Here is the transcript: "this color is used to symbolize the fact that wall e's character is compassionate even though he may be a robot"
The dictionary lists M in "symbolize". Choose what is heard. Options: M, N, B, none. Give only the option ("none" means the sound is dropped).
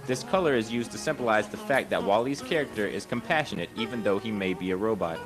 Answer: M